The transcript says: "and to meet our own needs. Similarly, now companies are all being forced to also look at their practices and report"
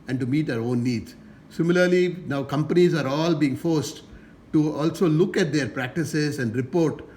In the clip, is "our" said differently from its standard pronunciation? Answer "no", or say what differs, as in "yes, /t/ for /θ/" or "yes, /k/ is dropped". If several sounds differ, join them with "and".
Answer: no